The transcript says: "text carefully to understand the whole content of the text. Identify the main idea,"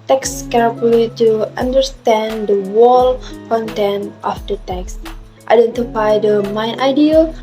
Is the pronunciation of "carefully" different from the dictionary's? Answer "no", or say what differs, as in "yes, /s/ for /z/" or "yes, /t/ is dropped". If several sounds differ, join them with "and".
yes, /f/ is dropped